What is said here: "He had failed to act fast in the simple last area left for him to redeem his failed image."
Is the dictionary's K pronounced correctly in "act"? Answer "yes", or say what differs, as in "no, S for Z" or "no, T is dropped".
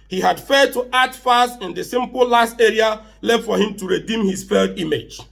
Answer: no, K is dropped